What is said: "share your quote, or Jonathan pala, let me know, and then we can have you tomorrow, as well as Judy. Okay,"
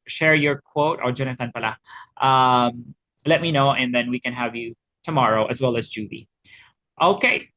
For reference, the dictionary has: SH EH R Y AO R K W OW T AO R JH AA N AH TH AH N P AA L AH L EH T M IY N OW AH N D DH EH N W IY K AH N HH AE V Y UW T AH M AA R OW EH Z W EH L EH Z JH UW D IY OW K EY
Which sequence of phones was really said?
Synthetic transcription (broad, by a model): SH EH R Y AO R K W OW T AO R JH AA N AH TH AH N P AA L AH L EH T M IY N OW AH N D DH EH N W IY K AH N HH AE V Y UW T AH M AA R OW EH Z W EH L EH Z JH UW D IY OW K EY